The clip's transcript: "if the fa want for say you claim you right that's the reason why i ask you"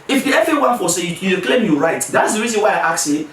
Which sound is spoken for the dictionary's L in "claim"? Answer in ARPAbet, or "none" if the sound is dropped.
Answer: L